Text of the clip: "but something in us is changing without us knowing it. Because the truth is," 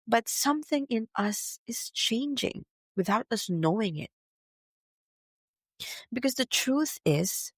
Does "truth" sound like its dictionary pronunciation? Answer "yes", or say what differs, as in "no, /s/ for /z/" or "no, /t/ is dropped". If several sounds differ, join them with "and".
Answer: yes